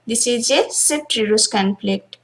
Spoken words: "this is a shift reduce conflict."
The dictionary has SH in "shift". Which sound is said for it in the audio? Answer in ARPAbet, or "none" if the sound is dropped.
S